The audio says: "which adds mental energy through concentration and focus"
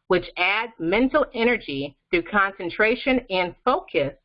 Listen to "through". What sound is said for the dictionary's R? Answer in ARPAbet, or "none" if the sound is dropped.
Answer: none